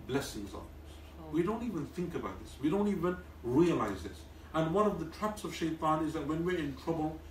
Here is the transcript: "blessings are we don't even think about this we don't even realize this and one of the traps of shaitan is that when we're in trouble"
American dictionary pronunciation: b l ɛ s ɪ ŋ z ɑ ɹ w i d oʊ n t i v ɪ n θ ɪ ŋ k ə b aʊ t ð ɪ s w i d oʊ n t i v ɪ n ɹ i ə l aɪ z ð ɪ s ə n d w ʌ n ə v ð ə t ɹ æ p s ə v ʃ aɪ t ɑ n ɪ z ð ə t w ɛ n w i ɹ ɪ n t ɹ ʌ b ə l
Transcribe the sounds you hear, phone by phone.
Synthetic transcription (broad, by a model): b l ɛ s ɪ ŋ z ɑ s w i d oʊ n t i v ɪ n θ ɪ ŋ k ə b aʊ t ð ɪ s w i d oʊ n t i v ɪ n ɹ i ə l aɪ z ð ɪ s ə n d w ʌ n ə v ð ə t ɹ æ p s ə v ʃ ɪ t ɑ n ɪ z ð ə t w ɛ n w i ɹ ɪ n t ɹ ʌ b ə l